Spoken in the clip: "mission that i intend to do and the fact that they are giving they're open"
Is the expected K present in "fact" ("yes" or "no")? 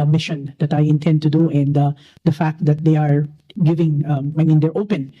yes